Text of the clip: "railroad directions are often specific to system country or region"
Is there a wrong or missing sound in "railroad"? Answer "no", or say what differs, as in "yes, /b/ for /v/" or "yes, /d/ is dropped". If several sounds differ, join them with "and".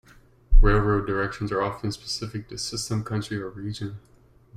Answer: no